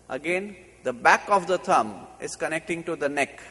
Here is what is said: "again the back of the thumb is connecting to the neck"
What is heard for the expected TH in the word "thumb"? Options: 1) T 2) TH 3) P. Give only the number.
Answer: 1